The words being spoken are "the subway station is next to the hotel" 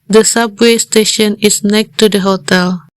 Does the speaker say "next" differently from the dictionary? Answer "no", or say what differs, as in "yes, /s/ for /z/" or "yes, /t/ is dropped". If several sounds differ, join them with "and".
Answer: yes, /s/ is dropped